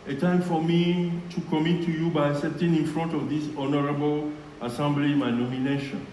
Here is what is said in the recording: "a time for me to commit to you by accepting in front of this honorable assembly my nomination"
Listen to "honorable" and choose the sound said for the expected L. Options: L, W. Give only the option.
L